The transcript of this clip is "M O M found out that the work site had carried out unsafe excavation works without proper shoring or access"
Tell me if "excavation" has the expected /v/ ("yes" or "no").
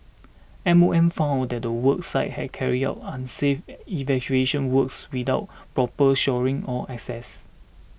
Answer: no